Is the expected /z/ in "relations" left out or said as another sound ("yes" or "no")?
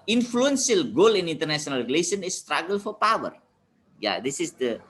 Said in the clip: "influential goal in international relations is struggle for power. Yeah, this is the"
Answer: yes